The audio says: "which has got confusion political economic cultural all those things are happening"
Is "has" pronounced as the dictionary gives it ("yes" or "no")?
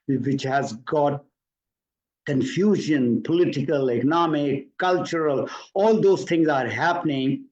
yes